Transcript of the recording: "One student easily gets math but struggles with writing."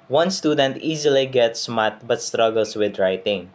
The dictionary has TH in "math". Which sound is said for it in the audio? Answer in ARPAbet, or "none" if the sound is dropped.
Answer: T